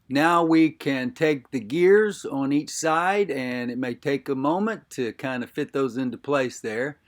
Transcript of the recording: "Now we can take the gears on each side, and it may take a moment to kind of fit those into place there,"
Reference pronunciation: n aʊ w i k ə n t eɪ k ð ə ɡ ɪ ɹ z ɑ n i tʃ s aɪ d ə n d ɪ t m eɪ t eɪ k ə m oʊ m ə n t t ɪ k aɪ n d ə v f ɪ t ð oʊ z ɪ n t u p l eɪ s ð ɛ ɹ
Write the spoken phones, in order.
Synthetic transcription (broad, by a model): n aʊ w i k ə n t eɪ k ð ə ɡ ɪ ɹ z n i tʃ s aɪ d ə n ɪ t m eɪ t eɪ k ə m oʊ m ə n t t ɪ k aɪ n d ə f ɪ t ð oʊ z ɪ n t u p l eɪ s ð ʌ ɹ